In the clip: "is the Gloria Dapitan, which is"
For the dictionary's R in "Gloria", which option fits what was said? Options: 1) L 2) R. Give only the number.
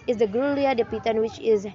1